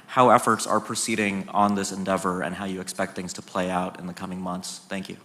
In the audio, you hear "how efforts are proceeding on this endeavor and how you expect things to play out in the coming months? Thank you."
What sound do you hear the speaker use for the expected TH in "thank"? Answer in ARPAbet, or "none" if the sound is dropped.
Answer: TH